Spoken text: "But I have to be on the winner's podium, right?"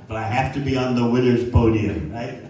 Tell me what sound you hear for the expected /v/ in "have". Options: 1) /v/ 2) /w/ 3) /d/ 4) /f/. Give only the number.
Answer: 4